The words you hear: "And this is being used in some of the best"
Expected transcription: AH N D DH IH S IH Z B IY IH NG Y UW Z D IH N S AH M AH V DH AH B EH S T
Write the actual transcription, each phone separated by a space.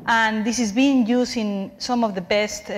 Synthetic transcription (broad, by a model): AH N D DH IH S IH Z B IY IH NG Y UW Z IH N S AH M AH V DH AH B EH S T